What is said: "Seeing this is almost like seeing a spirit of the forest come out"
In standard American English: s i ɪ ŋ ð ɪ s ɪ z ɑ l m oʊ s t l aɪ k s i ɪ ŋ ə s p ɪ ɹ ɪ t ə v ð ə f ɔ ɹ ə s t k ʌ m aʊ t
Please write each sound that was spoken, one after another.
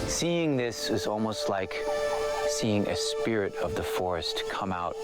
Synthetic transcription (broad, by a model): s i ɪ ŋ ð ɪ s ɪ z ɑ l m oʊ s t l aɪ k s i ɪ ŋ ə s p ɪ ɹ ɪ t ə v ð ə f ɔ ɹ ə s t k ʌ m aʊ t